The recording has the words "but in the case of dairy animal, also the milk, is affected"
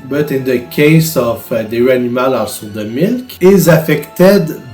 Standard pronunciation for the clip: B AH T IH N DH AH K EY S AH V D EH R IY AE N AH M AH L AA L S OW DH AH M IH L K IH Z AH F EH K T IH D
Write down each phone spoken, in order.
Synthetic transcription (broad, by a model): B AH T IH N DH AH K EY S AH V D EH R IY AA N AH M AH L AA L S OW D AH M IH L K IH Z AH F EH K T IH D